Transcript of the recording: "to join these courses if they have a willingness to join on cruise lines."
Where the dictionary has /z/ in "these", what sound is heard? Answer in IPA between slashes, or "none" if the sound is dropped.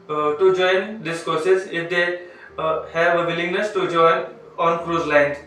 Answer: /s/